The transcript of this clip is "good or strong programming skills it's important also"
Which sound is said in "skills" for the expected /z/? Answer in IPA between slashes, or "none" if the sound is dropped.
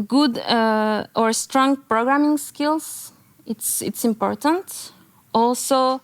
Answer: /s/